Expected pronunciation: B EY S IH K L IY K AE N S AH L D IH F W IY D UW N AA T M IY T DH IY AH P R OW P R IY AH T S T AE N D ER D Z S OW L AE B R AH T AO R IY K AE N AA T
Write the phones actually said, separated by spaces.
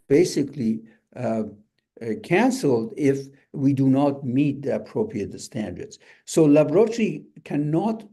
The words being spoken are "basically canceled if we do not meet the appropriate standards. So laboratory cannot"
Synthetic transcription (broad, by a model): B EY S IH K L IY K AE N S AH L D IH F W IY D UW N AA T M IY T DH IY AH P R OW P R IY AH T S T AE N D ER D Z S OW L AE B R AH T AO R IY K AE N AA T